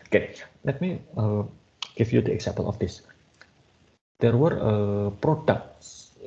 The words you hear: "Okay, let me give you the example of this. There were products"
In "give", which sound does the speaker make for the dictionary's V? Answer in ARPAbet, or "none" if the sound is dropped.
F